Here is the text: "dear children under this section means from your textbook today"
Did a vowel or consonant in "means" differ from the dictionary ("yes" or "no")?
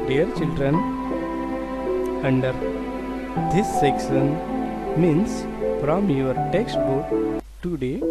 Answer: yes